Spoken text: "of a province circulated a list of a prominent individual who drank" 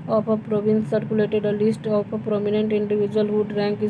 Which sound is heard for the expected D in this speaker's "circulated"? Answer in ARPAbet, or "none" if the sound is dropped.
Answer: D